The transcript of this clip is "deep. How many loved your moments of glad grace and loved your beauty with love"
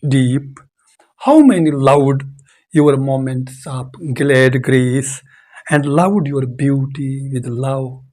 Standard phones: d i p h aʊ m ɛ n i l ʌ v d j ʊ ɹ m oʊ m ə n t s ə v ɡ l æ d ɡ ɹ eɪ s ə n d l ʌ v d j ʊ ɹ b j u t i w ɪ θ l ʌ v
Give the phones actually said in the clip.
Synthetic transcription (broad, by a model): d i p h aʊ m ɛ n i l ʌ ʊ d j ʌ ɹ m oʊ m ə n t s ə p ɡ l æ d ɡ ɹ eɪ s ə n d l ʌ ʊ d j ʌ ɹ b j u t i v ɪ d l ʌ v